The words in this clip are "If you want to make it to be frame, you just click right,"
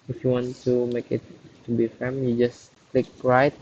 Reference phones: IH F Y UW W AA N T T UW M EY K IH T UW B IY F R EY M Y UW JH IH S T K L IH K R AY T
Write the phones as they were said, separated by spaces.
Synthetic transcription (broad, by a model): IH F Y UW W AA N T T UW M EY K IH T UW B IY F EY M Y UW JH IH S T K L IH K R AY T